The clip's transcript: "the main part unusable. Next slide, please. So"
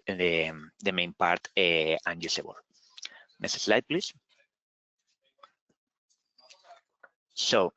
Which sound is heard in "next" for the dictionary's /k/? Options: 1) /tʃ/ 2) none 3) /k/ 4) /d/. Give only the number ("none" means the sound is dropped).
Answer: 2